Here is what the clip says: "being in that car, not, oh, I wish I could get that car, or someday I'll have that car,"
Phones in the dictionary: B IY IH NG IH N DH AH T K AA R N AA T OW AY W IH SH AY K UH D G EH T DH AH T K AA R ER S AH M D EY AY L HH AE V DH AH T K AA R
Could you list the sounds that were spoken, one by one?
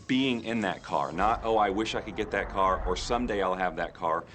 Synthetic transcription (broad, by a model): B IY IH NG IH N DH AH T K AA R N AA T OW AY W IH SH AY K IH D G EH T DH AH T K AA R ER S AH M D EY AY L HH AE V DH AH T K AA R